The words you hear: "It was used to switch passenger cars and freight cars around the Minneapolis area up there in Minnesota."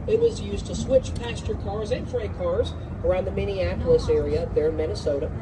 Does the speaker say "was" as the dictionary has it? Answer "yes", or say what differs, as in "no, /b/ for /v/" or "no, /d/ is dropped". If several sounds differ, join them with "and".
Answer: yes